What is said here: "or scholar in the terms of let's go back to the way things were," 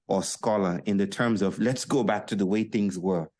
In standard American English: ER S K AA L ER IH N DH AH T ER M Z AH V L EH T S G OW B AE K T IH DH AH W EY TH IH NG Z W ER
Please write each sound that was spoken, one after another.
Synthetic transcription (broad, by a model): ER S K AA L ER IH N DH AH T ER M Z AH V L EH T S G OW B AE K T IH DH AH W EY TH IH NG Z W ER